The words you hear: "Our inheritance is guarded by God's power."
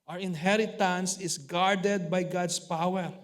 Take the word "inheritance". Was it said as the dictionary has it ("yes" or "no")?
yes